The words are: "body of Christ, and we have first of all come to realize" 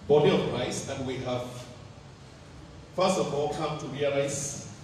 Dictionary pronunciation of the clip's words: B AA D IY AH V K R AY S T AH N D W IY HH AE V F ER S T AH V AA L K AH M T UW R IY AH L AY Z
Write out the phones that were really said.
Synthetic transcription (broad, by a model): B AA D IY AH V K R AY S AH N W IY HH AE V F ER S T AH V AA L K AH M T UW R IY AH L AY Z